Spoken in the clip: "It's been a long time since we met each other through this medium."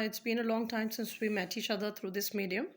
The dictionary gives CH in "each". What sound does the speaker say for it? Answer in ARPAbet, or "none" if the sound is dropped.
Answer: SH